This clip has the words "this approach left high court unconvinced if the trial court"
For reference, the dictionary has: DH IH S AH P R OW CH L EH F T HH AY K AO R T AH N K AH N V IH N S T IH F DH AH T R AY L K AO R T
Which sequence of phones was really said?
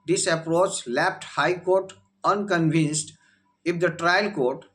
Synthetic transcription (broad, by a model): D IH S AH P R OW CH L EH P T HH AY K AO R T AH N K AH N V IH N S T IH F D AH T R AY L K AO R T